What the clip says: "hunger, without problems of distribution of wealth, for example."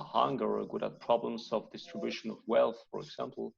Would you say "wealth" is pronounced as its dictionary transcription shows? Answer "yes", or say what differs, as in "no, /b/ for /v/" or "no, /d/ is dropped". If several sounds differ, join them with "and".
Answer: yes